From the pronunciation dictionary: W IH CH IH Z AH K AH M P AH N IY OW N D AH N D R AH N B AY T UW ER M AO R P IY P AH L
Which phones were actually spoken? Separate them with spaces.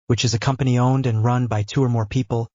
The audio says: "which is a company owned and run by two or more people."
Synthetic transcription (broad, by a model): W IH CH IH Z AH K AH M P AH N IY OW N D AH N R AH N B AY T UW ER M AO R P IY P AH L